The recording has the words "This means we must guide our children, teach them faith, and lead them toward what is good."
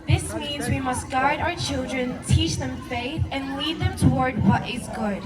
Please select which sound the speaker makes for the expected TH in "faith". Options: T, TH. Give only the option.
TH